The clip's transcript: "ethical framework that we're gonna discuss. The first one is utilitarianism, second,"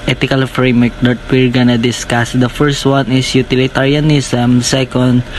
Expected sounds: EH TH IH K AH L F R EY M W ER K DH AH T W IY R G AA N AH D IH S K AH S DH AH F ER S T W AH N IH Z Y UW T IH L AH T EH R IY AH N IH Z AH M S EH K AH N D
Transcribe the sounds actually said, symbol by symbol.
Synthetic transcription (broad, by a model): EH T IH K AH L F R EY M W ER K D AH T W IY R G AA N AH D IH S K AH S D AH F ER S T W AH N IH S Y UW T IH L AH T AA R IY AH N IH S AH M S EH K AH N D